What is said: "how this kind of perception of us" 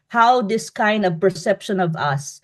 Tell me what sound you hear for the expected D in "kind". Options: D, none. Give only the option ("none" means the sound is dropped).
D